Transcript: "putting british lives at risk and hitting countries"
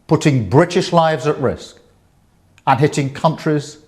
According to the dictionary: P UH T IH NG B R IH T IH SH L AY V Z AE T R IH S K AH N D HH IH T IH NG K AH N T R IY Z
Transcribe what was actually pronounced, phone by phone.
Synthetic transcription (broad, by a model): P UH T IH NG B R IH T IH SH L AY V Z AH T R IH S K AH N HH IH T IH NG K AH N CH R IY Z